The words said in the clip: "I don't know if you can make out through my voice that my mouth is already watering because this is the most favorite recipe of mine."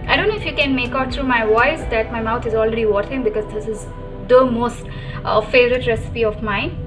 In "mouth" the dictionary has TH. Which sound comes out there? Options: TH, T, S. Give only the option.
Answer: T